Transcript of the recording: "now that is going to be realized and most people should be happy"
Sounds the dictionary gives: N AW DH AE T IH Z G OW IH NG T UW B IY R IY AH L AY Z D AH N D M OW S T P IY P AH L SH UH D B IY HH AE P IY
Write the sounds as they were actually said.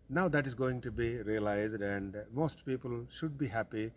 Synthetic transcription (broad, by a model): N AW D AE T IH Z G OW IH NG T UW B IY R IY AH L AY Z D AH N D M OW S T P IY P AH L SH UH D B IY HH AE P IY